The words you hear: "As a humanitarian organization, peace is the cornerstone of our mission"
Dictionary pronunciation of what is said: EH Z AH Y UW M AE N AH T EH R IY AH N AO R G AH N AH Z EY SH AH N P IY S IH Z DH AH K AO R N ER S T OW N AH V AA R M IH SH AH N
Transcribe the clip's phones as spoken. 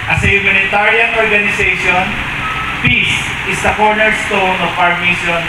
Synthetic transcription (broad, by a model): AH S AH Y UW M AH N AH T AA R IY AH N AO R G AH N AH S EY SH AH N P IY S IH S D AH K AO R N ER S T OW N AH P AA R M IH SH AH N